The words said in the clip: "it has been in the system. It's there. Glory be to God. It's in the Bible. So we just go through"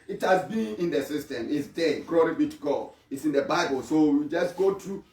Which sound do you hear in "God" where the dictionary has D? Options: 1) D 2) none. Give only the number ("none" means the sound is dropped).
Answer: 2